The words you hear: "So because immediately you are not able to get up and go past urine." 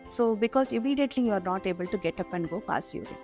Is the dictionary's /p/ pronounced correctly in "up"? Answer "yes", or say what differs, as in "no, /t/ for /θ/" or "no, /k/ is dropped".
yes